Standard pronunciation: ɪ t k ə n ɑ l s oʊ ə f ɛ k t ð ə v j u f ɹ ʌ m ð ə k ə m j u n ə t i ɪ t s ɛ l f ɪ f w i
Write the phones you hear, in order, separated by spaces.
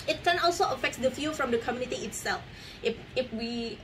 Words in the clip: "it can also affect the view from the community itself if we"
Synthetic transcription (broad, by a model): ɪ t k ə n ɑ l s oʊ ə f ɛ k t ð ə f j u f ɹ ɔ m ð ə k ə m j u n ə t i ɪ t s ɛ l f ɪ f w i